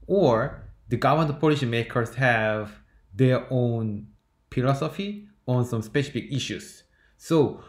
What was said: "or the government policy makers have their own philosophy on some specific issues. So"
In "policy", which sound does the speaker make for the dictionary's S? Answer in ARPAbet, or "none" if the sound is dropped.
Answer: SH